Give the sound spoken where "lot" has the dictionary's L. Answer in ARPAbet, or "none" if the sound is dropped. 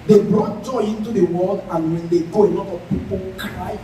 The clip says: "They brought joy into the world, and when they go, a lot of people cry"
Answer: N